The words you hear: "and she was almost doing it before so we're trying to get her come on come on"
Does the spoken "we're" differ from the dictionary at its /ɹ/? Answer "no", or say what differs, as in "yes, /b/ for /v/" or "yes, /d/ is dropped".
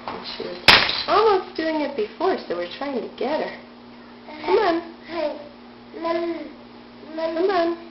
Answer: no